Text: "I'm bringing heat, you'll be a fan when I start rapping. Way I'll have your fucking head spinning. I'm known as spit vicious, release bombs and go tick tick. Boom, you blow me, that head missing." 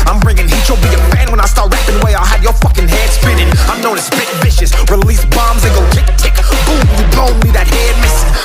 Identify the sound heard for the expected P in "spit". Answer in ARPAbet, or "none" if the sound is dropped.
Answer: B